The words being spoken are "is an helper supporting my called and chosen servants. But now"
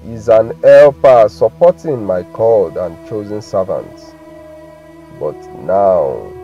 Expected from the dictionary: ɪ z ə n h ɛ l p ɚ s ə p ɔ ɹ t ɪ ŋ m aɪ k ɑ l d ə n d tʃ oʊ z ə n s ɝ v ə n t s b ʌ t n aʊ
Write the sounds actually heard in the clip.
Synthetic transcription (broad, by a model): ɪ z ə n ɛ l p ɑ s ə p ɔ t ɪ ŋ m aɪ k ɑ l d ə n tʃ oʊ z ə n s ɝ v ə n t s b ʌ t n aʊ